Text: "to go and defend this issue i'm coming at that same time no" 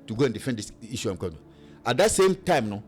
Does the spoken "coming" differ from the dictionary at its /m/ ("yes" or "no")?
yes